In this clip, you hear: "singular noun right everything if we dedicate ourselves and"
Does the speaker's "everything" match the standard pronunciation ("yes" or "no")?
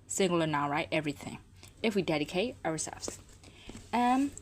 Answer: yes